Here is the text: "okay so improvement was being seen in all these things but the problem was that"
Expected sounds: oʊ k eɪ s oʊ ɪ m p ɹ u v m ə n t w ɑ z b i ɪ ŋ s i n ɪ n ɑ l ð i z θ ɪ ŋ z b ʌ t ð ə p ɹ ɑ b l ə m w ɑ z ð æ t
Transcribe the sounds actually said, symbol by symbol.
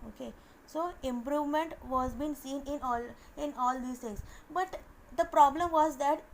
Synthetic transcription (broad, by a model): oʊ k eɪ s oʊ ɪ m p ɹ u v m ə n t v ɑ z b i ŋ s i n ɪ n ɑ l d i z t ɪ ŋ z b ʌ t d ə p ɹ ɑ b l ə m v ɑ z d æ t